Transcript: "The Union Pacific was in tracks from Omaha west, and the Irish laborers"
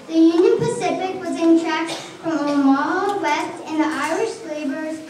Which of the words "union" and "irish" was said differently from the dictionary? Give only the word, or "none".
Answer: none